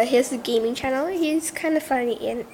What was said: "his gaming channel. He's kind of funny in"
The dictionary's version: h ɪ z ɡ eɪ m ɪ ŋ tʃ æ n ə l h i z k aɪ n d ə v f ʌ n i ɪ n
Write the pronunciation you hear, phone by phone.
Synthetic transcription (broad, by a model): h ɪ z ɡ eɪ m ɪ ŋ tʃ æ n l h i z k aɪ n d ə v f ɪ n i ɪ n